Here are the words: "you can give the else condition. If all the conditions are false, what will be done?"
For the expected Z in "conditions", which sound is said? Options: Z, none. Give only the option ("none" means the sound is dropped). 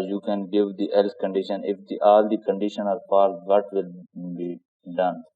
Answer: none